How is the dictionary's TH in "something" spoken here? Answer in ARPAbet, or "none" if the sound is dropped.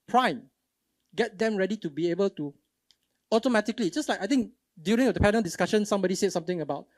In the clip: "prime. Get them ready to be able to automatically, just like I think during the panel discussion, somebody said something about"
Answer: T